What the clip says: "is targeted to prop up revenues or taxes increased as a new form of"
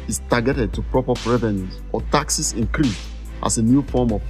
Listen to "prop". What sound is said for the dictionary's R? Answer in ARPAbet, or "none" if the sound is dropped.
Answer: R